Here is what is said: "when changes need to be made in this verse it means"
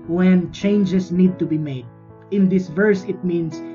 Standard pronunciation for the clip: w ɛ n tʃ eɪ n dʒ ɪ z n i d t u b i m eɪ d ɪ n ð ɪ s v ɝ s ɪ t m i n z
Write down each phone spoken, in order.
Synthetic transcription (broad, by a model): w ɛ n tʃ eɪ n dʒ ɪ s n i d t u b i m eɪ d ɪ n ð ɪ s v ɝ s ɪ t m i n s